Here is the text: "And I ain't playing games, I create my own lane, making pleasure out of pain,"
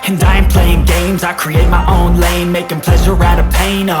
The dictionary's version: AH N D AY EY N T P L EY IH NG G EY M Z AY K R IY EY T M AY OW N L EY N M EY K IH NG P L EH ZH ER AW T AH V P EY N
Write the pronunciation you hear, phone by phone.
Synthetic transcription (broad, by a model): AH N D AY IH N P L EY IH NG G EY M Z AY K R IY EY T M AY OW N L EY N M EY K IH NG P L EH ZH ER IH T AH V P EY N